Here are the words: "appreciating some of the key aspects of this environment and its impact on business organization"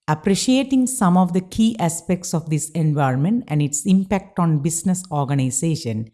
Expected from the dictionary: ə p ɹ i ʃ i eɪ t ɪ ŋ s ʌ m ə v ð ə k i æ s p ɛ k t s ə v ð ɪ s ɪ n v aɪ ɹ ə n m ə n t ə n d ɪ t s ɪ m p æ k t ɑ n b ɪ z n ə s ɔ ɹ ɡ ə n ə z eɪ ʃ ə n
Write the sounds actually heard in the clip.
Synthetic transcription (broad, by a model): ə p ɹ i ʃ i eɪ t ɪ ŋ s ʌ m ə v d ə k i æ s p ɛ k t s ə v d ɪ s ɪ n v aɪ ɹ ə n m ə n t ə n d ɪ t s ɪ m p æ k t ɑ n b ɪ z n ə s ɔ ɹ ɡ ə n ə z eɪ ʃ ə n